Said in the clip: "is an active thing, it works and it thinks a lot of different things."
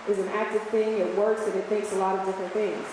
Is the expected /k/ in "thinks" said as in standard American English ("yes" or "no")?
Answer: yes